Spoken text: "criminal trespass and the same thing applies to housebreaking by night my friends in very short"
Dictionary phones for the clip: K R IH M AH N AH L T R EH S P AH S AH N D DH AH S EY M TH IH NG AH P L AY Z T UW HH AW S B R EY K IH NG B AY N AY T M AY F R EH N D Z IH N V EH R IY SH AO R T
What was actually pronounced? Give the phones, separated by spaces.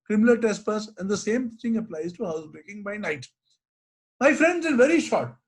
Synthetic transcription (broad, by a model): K R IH M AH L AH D T EH S P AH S AH N D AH S EY M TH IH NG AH P L AY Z T UW HH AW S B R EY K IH NG B AY N AY T M AY F R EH N D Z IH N V EH R IY SH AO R T